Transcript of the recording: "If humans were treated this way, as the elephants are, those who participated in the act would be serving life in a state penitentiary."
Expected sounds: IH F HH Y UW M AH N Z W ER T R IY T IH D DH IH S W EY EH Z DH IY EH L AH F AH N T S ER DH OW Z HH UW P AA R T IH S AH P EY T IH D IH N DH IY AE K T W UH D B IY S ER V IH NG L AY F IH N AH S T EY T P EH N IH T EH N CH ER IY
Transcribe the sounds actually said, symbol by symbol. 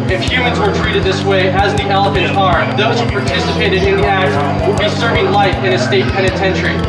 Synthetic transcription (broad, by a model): IH F HH Y UW M AH N Z W ER T R IY T IH D DH IH S W EY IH Z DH IY EH L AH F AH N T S ER DH OW Z HH UW P AA R T IH S AH P EY T IH D IH N DH IY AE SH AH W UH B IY S ER V IH NG L AY F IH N AH S T EY T P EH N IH T EH N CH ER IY